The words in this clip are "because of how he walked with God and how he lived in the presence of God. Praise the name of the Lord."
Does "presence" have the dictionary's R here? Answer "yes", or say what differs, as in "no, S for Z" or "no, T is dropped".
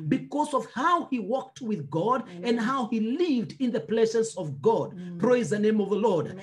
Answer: no, L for R